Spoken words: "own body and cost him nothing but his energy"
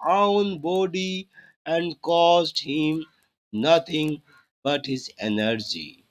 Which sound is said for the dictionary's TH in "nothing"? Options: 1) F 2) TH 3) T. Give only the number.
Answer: 3